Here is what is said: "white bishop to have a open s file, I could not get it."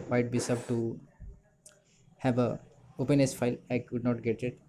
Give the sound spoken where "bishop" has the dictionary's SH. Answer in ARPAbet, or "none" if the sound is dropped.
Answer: S